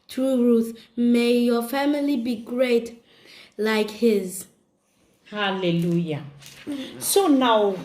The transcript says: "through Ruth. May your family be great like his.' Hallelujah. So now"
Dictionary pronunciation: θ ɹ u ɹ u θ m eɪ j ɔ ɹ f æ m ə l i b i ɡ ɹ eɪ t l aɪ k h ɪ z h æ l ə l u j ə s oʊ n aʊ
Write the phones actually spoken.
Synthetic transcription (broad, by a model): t ɹ u ɹ u θ m eɪ j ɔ f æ m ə l i b i ɡ ɹ eɪ t l aɪ k h ɪ z h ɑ l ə l u j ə s oʊ n aʊ